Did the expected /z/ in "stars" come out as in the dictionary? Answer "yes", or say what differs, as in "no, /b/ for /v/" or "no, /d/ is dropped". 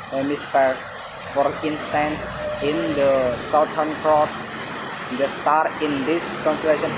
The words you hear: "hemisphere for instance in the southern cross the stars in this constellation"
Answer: no, /z/ is dropped